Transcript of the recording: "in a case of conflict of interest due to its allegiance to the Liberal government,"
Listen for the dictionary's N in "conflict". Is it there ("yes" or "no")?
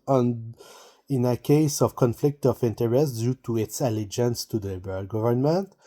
yes